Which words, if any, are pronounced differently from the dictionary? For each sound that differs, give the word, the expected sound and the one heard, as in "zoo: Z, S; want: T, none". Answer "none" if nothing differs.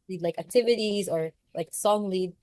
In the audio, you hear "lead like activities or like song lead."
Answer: none